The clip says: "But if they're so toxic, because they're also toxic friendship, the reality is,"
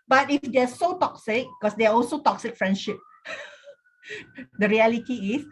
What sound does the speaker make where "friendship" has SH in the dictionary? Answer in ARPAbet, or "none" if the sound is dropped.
SH